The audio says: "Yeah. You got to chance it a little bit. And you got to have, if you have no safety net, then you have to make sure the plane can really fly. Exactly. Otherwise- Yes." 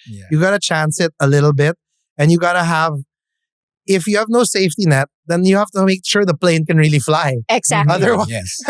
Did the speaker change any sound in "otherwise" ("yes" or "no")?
yes